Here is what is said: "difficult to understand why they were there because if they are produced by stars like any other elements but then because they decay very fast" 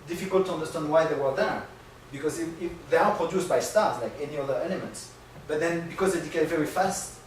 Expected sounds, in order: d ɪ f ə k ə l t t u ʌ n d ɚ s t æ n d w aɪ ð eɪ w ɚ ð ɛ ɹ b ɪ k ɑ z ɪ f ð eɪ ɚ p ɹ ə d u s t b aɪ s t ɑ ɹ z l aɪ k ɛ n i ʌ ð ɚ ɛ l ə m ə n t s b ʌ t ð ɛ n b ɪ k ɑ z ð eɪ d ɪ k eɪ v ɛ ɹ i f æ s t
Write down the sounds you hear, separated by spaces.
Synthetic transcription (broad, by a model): d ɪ f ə k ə l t t u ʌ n d ɚ s t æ n d w aɪ ð eɪ w ɚ ð ɛ ɹ b ɪ k ɑ z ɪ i ð eɪ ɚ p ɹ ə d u s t b aɪ s t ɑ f l aɪ k ɛ n i ʌ ð ɚ ɛ l ə m ə n t s b ʌ t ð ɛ n b ɪ k ɑ z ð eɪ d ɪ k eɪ v ɛ ɹ i f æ s t